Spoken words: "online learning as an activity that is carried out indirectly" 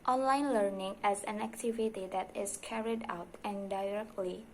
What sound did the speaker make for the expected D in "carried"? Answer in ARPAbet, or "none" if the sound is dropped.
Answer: D